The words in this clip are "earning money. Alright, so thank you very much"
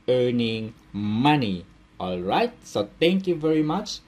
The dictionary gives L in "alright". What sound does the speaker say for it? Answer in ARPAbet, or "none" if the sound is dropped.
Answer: L